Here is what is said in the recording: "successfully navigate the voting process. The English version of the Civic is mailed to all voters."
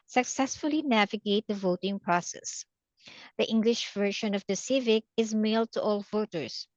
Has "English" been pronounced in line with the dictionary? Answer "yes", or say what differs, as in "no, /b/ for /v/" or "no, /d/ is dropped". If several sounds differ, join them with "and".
yes